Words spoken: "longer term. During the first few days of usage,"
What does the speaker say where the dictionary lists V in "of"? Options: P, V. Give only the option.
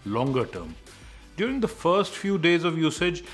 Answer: V